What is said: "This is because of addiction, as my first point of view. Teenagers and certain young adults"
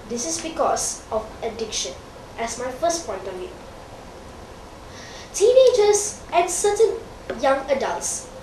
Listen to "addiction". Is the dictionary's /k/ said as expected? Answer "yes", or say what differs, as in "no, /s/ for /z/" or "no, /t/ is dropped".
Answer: yes